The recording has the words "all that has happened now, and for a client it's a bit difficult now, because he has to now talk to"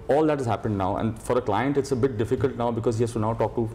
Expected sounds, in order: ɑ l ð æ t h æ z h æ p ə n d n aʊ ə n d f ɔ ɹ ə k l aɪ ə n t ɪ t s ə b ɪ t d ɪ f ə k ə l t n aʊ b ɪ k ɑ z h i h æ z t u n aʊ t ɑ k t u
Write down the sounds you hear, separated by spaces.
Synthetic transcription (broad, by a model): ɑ l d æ t h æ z h æ p ə n d n aʊ ə n d f ɔ ɹ ə k l aɪ ə n t ɪ t s ə b ɪ t d ɪ f ə k ə l t n aʊ b ɪ k ɑ z h i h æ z t u n aʊ t ɑ k t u